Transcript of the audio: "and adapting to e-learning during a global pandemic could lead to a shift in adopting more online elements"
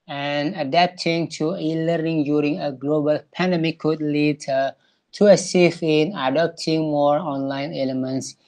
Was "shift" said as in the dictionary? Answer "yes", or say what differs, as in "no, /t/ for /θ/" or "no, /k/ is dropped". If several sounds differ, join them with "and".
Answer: no, /s/ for /ʃ/ and /t/ is dropped